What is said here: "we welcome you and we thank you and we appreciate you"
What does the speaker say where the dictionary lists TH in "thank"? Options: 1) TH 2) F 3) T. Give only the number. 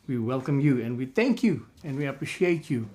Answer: 1